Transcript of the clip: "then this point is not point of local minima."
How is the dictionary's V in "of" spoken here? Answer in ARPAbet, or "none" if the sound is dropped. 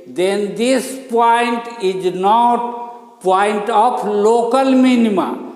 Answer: P